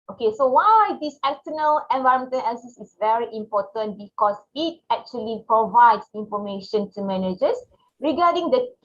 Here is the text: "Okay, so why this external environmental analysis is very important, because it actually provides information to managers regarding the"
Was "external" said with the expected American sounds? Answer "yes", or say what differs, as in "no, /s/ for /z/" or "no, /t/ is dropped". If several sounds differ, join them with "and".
no, /s/ is dropped